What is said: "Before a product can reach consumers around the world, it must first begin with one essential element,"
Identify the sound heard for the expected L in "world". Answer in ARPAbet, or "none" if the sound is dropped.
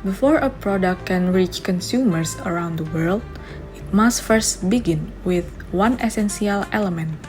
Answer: L